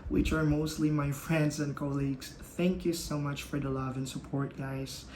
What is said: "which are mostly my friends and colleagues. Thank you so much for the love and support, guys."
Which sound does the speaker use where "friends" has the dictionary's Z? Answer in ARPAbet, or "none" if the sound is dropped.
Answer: Z